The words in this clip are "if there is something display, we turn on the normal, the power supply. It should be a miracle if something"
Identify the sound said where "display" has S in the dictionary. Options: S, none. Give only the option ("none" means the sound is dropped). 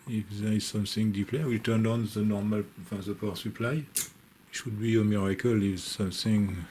none